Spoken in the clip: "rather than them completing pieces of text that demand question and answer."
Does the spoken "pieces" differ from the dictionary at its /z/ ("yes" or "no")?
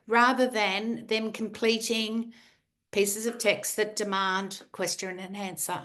no